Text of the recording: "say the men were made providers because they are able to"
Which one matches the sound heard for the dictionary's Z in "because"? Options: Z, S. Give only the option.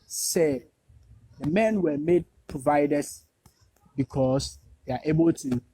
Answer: S